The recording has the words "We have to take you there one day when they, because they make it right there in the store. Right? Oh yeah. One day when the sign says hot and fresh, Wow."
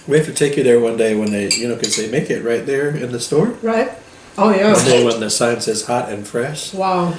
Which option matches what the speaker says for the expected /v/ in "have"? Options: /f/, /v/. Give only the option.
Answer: /f/